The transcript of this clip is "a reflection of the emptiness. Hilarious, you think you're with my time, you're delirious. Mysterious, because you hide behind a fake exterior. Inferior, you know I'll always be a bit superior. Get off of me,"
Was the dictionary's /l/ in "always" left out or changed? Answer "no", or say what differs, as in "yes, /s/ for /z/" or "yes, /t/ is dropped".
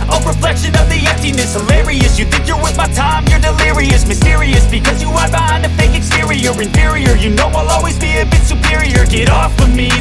no